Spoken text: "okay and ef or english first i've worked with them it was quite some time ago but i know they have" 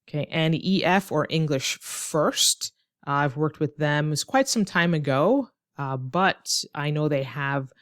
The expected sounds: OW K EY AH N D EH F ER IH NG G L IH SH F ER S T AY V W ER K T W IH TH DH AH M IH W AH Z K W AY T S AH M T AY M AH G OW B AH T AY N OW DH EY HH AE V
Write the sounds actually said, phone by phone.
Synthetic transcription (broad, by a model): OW K EY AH N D EH F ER IH NG G L IH SH F ER S T AY V W ER K T W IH DH AH M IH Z K W AY T S AH M T AY M AH G OW B AH T AY N OW DH EY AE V